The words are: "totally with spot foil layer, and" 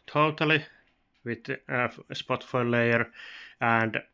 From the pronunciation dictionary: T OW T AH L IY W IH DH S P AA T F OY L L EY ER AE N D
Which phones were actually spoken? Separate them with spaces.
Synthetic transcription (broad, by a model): T OW T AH L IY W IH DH S P AA T F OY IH L EY ER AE N D